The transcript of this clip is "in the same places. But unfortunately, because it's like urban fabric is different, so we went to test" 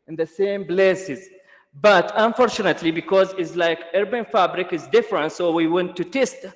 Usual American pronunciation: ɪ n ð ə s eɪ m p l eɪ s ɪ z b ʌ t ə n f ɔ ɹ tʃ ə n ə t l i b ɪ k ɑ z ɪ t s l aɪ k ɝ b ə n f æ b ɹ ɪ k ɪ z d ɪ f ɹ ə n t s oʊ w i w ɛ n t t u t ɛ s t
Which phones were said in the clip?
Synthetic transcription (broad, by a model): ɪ n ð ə s eɪ m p l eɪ s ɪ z b ʌ t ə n f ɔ ɹ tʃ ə n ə t l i b ɪ k ɑ z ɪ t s l aɪ k ɝ b ə n f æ b ɹ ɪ k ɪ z d ɪ f ɹ ə n t s oʊ w i w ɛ n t t u t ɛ s t